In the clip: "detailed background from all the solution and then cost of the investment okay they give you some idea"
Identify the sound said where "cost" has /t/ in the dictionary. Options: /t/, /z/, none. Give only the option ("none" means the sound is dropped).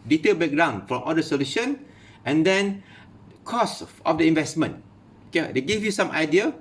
none